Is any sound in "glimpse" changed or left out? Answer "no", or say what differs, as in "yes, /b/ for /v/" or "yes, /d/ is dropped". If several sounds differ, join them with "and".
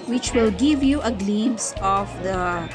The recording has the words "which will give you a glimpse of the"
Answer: yes, /p/ is dropped